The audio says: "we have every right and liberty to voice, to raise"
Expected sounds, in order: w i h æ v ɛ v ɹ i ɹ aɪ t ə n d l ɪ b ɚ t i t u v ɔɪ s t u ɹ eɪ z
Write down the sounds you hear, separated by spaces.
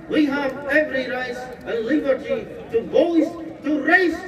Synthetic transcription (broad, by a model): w i h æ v ɛ v ɹ i ɹ aɪ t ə l ɪ b ɚ t i t u b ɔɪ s t u ɹ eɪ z